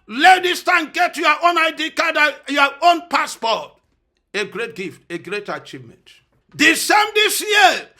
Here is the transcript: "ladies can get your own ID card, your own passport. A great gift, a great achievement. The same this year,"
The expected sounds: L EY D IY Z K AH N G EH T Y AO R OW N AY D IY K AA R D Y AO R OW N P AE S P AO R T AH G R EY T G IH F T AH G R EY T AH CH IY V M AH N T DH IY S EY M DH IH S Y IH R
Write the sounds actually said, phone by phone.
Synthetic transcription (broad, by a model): L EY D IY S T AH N G EH T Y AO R OW N AY D IY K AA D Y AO OW N P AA S P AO T AH G R EY T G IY F T AH G R EY T AH CH IY V M AH N T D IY S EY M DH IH S Y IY